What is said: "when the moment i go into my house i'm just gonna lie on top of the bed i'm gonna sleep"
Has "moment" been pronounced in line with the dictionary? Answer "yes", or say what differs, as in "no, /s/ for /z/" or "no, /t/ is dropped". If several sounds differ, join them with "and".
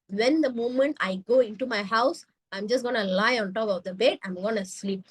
yes